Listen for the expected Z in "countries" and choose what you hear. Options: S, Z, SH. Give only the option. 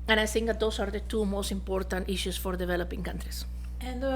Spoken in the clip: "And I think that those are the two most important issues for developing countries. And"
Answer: S